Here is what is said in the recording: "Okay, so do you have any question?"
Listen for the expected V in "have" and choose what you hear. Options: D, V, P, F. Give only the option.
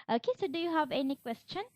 V